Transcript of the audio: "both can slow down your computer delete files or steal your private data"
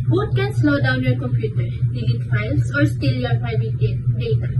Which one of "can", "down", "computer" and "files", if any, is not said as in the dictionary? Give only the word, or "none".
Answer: files